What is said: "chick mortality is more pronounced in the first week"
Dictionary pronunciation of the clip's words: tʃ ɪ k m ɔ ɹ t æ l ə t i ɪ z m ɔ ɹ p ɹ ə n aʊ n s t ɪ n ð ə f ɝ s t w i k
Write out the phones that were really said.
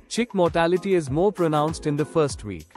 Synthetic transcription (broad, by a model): tʃ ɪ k m ɔ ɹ t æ l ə t i ɪ z m ɔ ɹ p ɹ ə n aʊ n s t ɪ n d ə f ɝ s t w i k